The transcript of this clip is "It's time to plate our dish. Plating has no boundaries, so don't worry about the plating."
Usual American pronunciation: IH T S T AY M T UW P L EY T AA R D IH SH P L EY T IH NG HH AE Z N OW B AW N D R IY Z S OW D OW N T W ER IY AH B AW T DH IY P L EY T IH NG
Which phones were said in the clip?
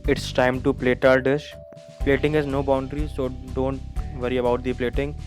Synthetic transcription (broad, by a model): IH T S T AY M T UW P L EY T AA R D IH SH P L EY T IH NG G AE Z N OW B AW N D R IY S OW D OW N T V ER IY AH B AW T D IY P L EY T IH NG